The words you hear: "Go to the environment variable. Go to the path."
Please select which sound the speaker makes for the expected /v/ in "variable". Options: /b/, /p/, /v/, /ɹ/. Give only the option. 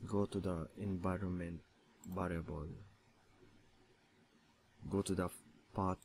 /b/